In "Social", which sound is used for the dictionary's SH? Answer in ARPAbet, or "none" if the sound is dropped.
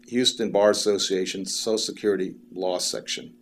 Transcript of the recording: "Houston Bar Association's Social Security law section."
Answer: none